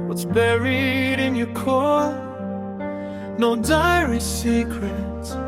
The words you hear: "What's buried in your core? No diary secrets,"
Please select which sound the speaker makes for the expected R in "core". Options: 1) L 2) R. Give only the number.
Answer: 1